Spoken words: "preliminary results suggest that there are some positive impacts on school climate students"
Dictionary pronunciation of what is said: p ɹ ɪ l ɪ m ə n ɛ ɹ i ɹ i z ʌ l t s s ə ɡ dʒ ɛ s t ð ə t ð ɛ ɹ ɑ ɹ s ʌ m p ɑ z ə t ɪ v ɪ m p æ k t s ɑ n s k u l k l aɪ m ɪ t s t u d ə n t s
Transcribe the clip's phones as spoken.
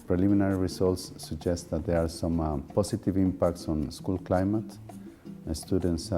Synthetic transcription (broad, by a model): p ɹ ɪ l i m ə n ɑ ɹ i ɹ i s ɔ l t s s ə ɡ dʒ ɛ s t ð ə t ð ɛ ɹ ɑ ɹ s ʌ m p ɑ s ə t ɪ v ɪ m p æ k t s ɑ n s k u l k l aɪ m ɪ t s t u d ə n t s